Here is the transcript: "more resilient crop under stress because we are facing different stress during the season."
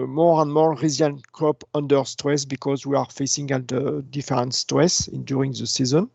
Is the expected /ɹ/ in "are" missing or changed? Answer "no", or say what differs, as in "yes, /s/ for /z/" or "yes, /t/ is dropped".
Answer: no